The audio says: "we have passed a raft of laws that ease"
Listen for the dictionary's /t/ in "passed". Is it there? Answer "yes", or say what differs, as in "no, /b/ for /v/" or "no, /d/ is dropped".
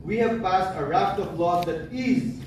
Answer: yes